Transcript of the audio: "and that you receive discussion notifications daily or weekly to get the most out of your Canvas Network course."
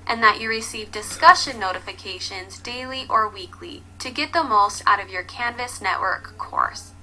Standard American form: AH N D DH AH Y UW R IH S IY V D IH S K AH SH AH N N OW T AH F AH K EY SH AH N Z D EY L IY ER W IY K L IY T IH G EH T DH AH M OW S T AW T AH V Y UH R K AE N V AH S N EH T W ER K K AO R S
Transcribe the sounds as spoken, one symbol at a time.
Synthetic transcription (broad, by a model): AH N DH AH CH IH R IH S IY V D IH S K AH SH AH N N OW T AH F AH K EY SH AH N Z D EY L IY ER W IY K L IY T IH G EH T DH AH M OW S T AW T AH V Y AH R K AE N V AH S N EH T W ER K K AO R S